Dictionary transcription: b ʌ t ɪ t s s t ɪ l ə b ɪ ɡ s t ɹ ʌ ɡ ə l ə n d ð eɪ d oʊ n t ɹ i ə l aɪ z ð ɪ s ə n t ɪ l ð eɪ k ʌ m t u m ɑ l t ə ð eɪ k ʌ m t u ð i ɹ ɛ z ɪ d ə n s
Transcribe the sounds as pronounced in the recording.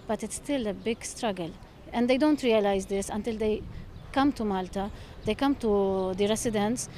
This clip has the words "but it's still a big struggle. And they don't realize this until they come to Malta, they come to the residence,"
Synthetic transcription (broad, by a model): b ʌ t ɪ t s s t ɪ l ə b ɪ ɡ s t ɹ ʌ ɡ ə l ə n d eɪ d oʊ n t ɹ i ə l aɪ z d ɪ s ə n t ɪ l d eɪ k ʌ m t u m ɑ l t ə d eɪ k ʌ m t u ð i ɹ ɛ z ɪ d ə n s